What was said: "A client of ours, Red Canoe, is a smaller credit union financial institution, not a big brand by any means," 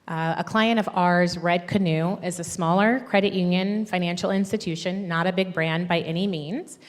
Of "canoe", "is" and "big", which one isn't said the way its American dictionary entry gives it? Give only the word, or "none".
none